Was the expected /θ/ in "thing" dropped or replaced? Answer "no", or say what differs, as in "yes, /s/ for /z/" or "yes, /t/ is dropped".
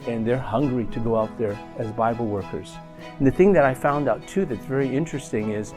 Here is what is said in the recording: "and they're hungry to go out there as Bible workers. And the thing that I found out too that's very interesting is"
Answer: no